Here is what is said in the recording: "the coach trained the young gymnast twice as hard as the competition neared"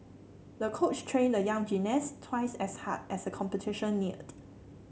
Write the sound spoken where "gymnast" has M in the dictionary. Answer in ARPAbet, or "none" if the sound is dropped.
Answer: none